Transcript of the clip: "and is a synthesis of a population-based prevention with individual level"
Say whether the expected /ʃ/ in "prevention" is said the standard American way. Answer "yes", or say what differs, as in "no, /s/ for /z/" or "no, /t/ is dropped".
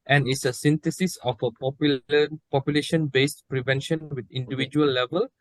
yes